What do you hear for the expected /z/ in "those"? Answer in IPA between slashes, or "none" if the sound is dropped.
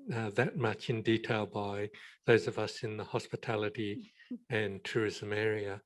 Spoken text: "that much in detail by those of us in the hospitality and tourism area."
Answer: /z/